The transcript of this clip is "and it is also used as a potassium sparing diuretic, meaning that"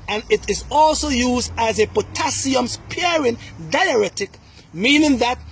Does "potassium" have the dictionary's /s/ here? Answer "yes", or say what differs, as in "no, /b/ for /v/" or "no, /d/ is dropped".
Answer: yes